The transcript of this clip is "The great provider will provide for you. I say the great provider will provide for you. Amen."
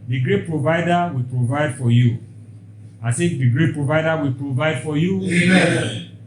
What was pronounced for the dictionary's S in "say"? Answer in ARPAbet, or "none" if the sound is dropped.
TH